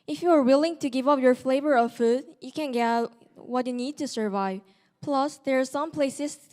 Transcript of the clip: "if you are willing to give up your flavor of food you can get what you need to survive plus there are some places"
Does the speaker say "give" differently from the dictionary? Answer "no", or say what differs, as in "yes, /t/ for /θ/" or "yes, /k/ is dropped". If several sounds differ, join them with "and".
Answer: no